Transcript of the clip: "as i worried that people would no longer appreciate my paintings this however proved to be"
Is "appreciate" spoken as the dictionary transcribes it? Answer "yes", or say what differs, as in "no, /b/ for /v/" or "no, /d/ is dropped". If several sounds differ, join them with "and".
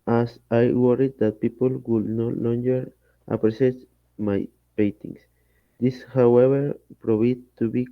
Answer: no, /s/ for /ʃ/